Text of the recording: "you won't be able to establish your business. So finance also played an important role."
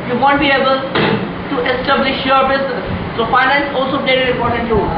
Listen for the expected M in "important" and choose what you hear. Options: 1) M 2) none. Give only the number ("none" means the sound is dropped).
2